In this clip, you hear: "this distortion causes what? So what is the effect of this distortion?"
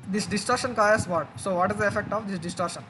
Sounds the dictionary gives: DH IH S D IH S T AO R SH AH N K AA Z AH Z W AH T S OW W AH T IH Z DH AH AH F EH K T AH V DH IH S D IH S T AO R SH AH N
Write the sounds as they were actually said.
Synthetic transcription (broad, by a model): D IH S D IH S T AO R SH AH N K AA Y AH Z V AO T S OW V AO T IH Z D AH AH F EH K T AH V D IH S D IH S T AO R SH AH N